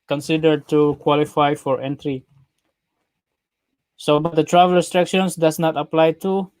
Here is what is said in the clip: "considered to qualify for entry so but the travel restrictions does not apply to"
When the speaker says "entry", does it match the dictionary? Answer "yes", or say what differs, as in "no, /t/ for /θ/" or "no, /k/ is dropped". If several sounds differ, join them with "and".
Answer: yes